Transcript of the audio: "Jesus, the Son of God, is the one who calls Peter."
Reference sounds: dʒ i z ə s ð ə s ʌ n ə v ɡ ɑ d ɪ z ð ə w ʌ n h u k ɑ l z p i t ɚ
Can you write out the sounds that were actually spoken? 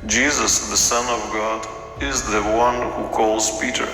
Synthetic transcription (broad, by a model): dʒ i z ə s ð ə s ʌ n ə v ɡ ɑ d ɪ z ð ə w ʌ n h u k ɑ l z p i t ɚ